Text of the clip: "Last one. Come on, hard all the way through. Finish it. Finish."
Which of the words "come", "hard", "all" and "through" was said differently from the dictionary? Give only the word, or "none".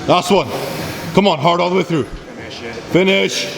none